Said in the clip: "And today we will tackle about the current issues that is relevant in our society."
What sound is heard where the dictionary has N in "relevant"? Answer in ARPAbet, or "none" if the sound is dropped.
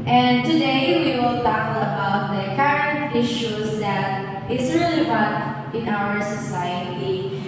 none